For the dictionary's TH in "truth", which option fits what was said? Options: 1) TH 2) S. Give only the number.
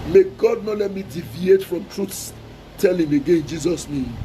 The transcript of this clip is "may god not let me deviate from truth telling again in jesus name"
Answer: 2